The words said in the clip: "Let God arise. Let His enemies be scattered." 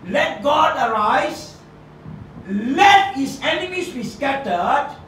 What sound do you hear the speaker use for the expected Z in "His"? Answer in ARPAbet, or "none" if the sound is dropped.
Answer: S